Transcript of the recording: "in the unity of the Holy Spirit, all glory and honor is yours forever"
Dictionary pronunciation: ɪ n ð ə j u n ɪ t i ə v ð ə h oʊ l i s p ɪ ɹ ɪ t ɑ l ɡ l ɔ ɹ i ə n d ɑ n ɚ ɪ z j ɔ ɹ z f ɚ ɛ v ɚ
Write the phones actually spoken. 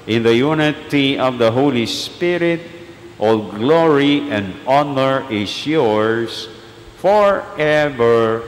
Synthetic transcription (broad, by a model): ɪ n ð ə j u n ɪ t i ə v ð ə h oʊ l i s p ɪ ɹ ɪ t ɑ l ɡ l ɔ ɹ i ə n d ɑ n ɚ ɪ s j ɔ ɹ s f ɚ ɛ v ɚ